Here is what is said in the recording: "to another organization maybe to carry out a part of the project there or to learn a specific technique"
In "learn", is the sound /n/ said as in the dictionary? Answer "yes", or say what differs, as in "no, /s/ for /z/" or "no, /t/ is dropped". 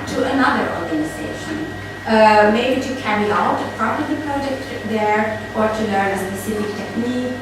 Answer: no, /n/ is dropped